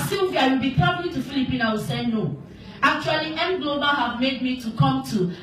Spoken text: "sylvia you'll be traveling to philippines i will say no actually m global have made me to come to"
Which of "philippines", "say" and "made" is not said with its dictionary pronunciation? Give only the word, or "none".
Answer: philippines